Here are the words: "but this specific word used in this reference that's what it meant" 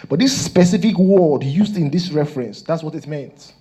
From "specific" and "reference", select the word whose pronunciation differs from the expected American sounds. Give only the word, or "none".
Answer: none